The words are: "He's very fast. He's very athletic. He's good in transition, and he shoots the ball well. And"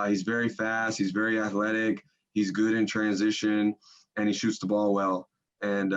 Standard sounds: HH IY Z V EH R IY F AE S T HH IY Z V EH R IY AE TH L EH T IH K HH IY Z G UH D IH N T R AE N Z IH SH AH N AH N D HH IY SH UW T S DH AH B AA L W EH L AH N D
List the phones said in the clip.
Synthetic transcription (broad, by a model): HH IY Z V EH R IY F AE S T HH IY Z V EH R IY AE TH L EH T IH K HH IY Z G UH D IH N T R AE N Z IH SH AH N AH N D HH IY SH UW T S DH AH B AA L W EH L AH N